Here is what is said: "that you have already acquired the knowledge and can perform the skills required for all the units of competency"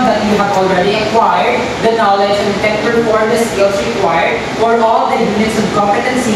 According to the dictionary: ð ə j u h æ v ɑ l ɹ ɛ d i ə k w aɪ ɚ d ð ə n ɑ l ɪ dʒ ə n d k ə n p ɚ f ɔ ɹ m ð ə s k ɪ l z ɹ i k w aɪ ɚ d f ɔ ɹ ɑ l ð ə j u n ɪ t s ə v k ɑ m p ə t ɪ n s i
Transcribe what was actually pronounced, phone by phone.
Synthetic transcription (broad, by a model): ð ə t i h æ ɑ l ɹ ɛ d i ə k w aɪ ɚ d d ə n ɑ l ɪ dʒ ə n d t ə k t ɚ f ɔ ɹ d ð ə s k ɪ l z ɹ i k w aɪ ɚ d f ɔ ɹ ɑ l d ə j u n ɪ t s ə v k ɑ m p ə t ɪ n s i